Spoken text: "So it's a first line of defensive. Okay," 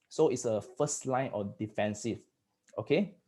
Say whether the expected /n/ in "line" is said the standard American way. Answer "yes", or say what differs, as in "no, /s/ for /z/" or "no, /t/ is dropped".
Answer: yes